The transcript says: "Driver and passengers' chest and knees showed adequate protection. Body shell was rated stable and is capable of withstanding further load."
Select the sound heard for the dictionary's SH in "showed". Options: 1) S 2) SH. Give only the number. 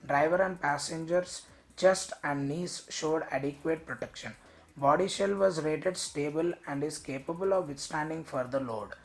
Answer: 2